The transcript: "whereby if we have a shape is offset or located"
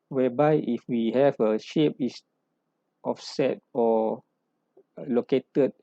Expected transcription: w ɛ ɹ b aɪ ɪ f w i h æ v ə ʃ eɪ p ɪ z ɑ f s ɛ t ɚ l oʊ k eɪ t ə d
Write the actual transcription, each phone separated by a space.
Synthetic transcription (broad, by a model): w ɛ b aɪ ɪ f w i h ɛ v ə ʃ eɪ p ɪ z ɑ f s ɛ t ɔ l oʊ k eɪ t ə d